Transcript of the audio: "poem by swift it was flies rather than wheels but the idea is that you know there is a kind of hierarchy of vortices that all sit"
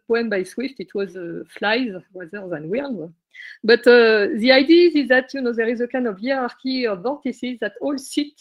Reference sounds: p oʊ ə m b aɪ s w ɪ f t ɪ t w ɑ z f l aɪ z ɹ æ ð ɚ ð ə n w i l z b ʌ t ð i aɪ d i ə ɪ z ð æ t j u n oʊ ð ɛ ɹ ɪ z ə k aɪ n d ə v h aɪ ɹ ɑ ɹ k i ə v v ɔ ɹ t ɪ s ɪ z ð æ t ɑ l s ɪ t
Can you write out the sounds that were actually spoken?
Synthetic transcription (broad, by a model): p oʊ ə m b aɪ s w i f t ɪ t w ɑ z f l aɪ z w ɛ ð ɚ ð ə n w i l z b ʌ t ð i aɪ d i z ɪ z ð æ t j u n oʊ ð ɛ ɹ ɪ z ə k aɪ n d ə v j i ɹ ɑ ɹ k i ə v v ɔ ɹ t ɪ s ɪ z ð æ t ɑ l s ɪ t